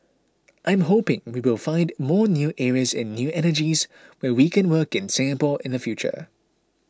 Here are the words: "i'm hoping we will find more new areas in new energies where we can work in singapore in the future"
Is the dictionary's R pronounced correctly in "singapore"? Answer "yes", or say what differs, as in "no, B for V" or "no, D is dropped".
no, L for R